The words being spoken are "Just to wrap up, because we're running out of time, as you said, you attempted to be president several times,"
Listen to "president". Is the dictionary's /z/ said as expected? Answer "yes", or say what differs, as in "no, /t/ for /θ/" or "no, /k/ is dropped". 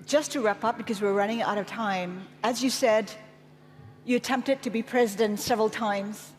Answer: yes